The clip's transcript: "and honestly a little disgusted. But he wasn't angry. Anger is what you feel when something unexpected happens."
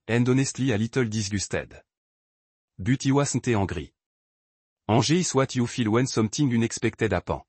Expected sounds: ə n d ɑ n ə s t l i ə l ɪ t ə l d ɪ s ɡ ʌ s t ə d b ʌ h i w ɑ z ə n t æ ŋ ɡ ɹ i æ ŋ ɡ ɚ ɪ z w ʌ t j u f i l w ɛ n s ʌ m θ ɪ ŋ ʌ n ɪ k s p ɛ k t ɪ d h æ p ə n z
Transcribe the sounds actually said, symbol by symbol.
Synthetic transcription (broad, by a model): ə n d ɑ n ə s t l i ə l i t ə l d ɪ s ɡ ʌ s t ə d b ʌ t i w ɑ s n t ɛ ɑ ɡ ɹ i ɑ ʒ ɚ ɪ s w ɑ t j u f i l w ɛ n s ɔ m t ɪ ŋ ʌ n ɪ k s p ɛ k t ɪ d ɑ p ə